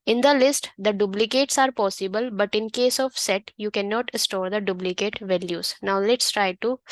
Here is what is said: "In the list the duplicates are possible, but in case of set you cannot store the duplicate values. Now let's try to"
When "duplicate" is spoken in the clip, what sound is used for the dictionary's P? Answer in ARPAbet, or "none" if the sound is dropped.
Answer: B